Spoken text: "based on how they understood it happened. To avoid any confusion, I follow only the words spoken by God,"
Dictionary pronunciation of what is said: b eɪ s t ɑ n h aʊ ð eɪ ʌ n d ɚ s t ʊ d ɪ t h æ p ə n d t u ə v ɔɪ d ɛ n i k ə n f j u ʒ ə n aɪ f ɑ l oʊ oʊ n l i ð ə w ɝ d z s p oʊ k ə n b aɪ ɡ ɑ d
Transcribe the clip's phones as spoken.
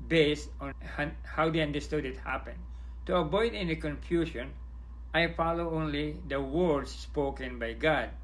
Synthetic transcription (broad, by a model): b eɪ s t ɑ n h aʊ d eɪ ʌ n d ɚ s t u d ɪ t h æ p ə n t u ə b ɔɪ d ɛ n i k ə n f j u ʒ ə n aɪ f ɑ l oʊ oʊ n l i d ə w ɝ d s p oʊ k ə n b aɪ ɡ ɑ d